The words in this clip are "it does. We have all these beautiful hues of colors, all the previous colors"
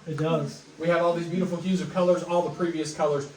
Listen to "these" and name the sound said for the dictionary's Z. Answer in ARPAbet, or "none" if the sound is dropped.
Z